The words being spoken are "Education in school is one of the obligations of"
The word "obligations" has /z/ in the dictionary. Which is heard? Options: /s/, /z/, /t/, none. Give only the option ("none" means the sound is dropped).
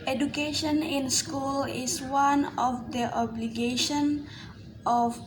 none